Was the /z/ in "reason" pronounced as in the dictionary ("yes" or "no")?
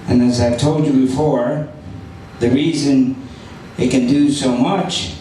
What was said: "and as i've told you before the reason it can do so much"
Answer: yes